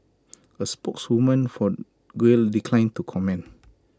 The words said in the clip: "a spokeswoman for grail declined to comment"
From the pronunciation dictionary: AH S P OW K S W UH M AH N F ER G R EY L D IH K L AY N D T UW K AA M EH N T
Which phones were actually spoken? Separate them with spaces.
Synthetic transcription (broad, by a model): AH S P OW K S W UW M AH N F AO G W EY L D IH K L AY N T UW K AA M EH N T